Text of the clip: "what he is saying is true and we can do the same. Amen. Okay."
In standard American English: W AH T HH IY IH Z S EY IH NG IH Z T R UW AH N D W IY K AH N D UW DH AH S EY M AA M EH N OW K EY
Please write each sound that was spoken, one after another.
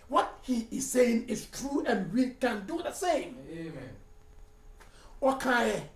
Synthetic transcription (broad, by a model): W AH T HH IY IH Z S EY IH NG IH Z T R UW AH N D W IY K AH N D UW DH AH S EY AA M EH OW K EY